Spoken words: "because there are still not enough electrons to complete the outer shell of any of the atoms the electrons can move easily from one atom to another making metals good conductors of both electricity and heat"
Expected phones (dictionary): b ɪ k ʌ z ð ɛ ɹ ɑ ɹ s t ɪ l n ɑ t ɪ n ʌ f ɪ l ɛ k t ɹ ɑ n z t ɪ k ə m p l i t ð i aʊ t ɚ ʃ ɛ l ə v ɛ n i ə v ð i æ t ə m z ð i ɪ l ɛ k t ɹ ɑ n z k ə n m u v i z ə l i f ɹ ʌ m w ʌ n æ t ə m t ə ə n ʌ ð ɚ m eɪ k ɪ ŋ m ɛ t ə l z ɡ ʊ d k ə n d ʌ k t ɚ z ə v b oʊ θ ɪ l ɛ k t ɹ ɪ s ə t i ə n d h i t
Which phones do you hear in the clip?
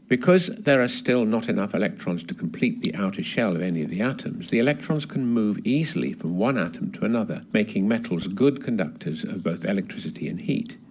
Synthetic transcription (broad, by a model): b ɪ k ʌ z ð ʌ ɹ ɹ s t ɪ l n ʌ t ɪ n ʌ f ɪ l ɛ k t ɹ ɑ n z t ɪ k m p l i t ð i aʊ t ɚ ʃ ɛ l ə v ɛ n i ə v ð i æ t ə m z ð i ɪ l ɛ k t ɹ ɑ n z k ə n m u v i z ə l i f ɹ ʌ m w ʌ n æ t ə m t ə ə n ʌ ð ɚ m eɪ k ɪ ŋ m ɛ t l z ɡ ʊ d k ə n d ʌ k t ɚ z ə v b oʊ θ ɪ l ɛ k t ɹ ɪ s ə t i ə n h i t